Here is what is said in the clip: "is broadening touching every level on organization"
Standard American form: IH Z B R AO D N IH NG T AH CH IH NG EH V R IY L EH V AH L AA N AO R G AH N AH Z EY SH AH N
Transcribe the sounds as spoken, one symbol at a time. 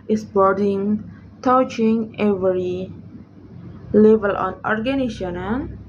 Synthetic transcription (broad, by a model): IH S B AO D IH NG T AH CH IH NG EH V R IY L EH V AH L AA N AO R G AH N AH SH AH N